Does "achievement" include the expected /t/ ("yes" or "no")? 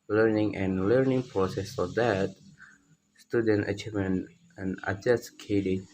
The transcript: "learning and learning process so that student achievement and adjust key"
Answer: no